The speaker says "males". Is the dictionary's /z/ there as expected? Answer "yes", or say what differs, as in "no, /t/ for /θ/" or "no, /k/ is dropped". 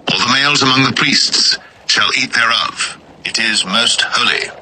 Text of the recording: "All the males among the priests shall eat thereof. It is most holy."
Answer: yes